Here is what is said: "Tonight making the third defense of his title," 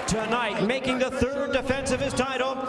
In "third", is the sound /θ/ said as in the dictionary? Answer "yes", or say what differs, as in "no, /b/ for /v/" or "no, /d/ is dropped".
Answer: yes